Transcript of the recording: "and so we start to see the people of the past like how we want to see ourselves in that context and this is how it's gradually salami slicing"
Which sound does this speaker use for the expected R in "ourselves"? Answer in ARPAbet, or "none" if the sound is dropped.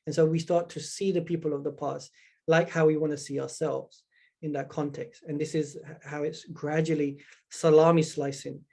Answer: R